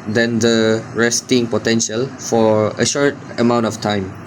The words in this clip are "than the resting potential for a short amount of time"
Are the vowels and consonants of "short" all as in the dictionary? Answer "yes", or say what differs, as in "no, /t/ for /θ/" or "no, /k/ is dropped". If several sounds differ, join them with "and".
yes